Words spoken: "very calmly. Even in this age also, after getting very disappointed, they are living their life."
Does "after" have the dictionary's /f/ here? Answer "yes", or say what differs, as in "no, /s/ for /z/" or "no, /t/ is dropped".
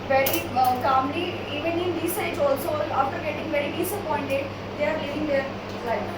no, /f/ is dropped